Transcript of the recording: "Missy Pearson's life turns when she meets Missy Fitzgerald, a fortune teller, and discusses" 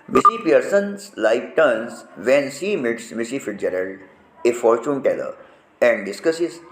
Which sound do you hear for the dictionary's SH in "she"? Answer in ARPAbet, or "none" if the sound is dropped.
S